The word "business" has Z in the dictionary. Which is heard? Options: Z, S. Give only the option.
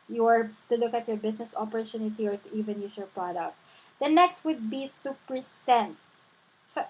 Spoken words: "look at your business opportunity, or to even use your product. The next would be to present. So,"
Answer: S